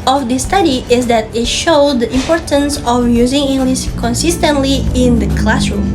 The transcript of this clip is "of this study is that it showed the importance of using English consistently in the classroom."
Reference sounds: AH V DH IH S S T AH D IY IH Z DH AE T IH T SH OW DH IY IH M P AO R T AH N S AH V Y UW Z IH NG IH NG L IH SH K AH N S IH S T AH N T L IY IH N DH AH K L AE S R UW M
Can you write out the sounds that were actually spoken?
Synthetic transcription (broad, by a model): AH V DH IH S S T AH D IY IH Z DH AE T IH T SH OW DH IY IH M P AO R T AH N S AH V Y UW Z IH NG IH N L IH S K AH N S IH S T AH N T L IY IH N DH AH K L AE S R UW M